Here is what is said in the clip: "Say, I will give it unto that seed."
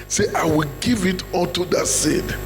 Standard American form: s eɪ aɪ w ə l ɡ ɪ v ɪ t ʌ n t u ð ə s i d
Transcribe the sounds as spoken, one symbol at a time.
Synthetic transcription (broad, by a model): s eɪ aɪ w ə l ɡ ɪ v ɪ t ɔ l t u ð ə s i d